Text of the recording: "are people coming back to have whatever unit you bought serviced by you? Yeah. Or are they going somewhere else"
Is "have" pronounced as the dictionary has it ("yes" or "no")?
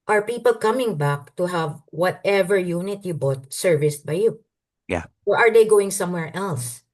yes